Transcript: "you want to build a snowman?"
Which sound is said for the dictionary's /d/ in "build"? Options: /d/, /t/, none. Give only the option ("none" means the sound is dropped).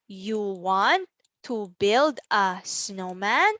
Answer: /d/